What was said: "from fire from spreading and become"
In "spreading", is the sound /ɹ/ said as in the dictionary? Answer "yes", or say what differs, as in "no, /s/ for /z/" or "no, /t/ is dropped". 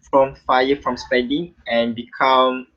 no, /ɹ/ is dropped